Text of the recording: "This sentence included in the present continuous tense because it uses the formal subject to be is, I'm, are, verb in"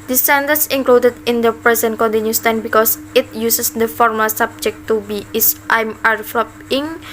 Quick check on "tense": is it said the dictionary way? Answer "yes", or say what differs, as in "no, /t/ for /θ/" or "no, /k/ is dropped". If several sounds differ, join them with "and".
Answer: no, /s/ is dropped